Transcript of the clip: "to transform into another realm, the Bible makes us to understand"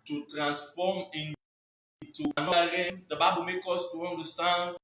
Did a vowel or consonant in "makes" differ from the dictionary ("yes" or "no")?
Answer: yes